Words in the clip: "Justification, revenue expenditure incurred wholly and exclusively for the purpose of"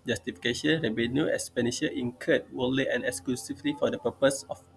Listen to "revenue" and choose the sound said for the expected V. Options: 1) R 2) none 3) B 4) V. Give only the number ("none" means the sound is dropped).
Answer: 3